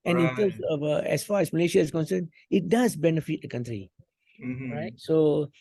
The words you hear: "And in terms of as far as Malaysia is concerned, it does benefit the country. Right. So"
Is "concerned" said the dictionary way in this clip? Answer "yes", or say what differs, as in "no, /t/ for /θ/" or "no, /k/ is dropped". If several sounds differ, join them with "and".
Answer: no, /d/ is dropped